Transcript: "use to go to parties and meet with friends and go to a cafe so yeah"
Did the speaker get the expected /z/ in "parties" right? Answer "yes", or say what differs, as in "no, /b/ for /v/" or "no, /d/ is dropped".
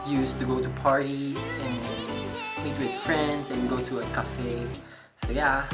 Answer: no, /z/ is dropped